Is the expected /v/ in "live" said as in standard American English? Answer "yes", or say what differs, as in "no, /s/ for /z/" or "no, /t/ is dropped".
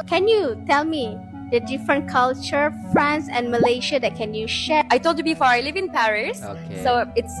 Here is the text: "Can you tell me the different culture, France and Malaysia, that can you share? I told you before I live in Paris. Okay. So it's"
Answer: yes